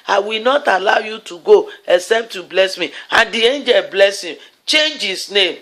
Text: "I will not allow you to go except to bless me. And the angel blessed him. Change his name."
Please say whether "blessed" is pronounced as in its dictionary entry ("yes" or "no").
no